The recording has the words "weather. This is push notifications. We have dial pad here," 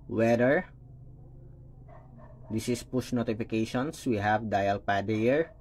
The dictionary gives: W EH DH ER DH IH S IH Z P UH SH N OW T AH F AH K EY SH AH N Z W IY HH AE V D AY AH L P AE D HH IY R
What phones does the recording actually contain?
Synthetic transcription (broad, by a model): W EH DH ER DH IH S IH S P UH SH N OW T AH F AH K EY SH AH N S W IY HH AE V D AY AH L P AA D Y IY R